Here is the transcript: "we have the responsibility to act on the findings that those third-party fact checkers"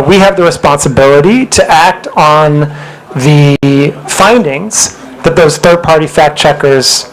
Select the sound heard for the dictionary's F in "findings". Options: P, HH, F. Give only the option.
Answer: F